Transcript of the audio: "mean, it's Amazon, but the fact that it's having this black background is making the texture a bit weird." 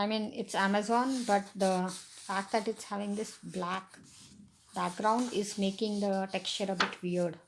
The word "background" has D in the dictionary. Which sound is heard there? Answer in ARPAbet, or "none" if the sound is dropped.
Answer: D